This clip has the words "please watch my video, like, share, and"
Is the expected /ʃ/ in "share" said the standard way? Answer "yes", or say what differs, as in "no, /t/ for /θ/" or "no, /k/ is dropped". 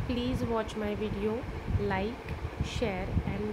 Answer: yes